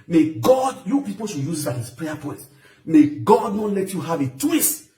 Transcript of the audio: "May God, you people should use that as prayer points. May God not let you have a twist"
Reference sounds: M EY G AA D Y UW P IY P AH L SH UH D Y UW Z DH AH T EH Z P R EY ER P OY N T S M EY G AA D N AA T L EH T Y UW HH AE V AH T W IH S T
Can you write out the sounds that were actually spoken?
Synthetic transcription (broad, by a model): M EY G AA D Y UW P IY P AH L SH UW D Y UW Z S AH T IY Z P R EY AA P OY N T M EY G AA D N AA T L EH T Y UW HH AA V AH T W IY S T